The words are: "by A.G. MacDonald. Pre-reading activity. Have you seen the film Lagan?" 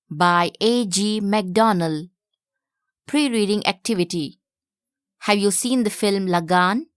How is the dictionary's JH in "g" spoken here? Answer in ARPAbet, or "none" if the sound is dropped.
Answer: JH